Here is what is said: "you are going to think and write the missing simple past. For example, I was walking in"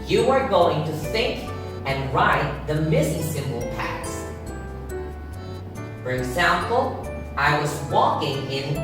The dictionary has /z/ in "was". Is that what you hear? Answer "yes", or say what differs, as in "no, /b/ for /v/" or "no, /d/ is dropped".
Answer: yes